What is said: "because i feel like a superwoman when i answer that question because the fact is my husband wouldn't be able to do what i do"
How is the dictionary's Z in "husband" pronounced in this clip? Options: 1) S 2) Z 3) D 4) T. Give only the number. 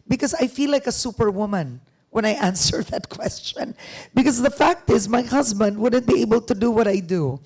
2